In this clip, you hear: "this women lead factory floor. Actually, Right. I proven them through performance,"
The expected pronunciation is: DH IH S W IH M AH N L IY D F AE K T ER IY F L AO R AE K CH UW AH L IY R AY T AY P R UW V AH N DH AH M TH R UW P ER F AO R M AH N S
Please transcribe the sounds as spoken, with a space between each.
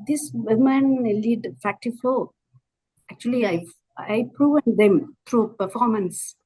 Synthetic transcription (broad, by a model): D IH S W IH M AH N L IY D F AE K T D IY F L AO AE K CH UW AH L IY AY AY P R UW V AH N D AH M T R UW P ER F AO R M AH N S